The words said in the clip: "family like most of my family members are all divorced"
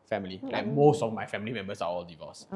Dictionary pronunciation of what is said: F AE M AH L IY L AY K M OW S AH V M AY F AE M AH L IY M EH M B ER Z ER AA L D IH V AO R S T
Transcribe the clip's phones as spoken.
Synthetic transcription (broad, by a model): F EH M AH L IY L AY K M OW S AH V M AY F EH M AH L IY M EH M B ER S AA AA L D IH V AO S